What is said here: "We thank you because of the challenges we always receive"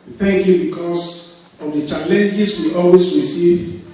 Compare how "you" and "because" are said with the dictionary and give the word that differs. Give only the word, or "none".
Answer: because